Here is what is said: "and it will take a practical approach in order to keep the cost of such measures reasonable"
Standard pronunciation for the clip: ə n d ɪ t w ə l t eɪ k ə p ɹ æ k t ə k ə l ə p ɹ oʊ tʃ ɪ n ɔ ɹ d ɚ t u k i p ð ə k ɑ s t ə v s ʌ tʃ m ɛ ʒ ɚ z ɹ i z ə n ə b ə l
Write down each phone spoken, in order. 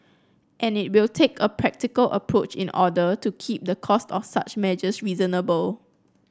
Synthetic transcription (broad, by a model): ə n ɪ t w ə l t eɪ k ə p ɹ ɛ k t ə k ə l ə p ɹ oʊ tʃ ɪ n ɔ d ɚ t u k i p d ə k ɑ s t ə f s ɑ tʃ m ɛ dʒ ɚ s ɹ i z ə n ə b ə l